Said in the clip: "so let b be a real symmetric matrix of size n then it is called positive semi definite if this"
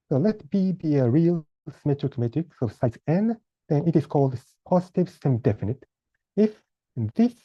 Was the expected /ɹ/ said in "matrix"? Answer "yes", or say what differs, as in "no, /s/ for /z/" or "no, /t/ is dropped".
no, /ɹ/ is dropped